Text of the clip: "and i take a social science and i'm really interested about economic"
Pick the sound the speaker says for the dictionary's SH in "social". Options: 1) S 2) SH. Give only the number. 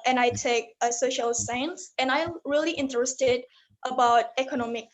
2